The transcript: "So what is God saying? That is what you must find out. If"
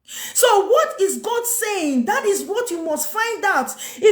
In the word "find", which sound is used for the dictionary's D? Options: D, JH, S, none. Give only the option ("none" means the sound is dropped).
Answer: D